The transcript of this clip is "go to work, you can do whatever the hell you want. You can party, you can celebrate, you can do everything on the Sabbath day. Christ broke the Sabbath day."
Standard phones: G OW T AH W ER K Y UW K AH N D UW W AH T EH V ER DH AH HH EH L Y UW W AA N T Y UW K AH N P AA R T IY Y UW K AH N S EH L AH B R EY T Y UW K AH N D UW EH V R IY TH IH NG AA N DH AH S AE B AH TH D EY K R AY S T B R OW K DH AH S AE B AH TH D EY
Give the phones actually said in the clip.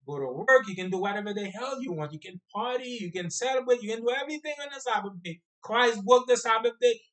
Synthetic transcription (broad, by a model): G OW T AH W ER K Y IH K AH N D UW W AH T EH V ER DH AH HH EH L Y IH W AA N T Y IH K AH N P AA R T IY Y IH K AH N S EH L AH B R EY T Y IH K AH N D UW EH V R IY TH IH NG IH N DH AH S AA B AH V D EY K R AY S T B UH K DH AH S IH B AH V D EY